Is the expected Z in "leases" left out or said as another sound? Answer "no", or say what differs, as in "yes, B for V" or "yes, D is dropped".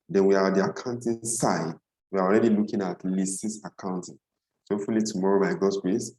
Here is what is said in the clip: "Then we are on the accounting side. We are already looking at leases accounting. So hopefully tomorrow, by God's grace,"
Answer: yes, S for Z